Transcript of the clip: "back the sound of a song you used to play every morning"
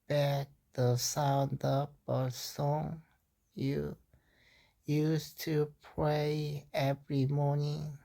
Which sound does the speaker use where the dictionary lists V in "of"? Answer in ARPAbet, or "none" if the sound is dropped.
B